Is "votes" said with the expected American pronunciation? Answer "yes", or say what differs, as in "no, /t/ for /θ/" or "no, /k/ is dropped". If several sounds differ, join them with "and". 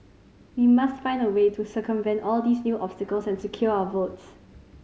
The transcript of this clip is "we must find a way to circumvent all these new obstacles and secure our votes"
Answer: yes